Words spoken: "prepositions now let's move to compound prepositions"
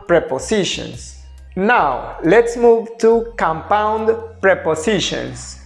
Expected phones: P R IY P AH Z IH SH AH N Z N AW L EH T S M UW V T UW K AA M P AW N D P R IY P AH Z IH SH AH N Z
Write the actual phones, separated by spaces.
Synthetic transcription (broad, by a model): P R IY P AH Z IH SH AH N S N AW L EH T S M UW V T UW K AA M P AW N D P R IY P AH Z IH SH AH N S